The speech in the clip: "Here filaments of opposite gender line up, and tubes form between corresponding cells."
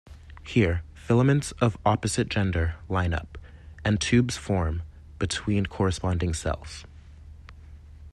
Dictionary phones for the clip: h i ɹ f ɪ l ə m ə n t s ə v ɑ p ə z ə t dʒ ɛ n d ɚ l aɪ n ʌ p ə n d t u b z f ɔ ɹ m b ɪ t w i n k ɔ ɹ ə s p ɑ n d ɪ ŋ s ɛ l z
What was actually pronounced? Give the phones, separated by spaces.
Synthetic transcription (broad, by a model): h i ɹ f ɪ l ə m ə n t s ə v ɑ p ə z ə t dʒ ɛ n d ɚ l aɪ n ʌ p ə n t u b z f ɔ ɹ m b ɪ t w i n k ɔ ɹ ə s p ɑ n d ɪ ŋ s ɛ l z